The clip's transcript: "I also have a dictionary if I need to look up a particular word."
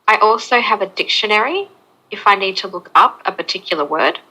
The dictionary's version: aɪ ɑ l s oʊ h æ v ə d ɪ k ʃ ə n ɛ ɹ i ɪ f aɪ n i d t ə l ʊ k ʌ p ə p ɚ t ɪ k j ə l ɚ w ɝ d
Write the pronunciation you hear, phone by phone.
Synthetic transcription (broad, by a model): aɪ ɑ l s oʊ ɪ v ə d ɪ k ʃ ə n ɛ ɹ i ɪ f aɪ n i d t ə l ʊ k ʌ p ə p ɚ t ɪ k j l ɚ w ɝ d